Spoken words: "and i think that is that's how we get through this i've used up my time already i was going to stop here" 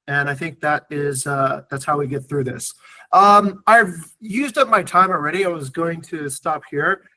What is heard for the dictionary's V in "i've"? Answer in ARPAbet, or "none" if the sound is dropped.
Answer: V